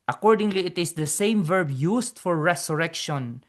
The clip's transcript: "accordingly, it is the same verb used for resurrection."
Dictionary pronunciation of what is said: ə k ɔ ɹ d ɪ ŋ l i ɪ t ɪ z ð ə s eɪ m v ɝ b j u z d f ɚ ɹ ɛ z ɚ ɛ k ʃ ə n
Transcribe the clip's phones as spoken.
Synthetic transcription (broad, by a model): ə k ɔ ɹ d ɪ ŋ l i ɪ t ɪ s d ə s eɪ m v ɝ b j u s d f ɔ ɹ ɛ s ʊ ɛ k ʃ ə n